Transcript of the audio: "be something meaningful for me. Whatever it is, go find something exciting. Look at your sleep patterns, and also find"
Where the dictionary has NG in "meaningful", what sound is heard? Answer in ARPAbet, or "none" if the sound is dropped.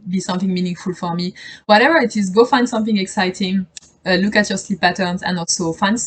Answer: NG